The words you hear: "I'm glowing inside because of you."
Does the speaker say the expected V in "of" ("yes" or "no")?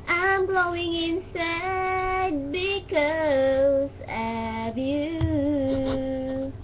no